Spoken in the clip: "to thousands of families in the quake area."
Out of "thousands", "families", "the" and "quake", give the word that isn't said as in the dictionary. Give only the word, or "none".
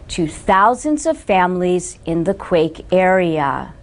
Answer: none